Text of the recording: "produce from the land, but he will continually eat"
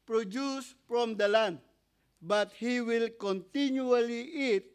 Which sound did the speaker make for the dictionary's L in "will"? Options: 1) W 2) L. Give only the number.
2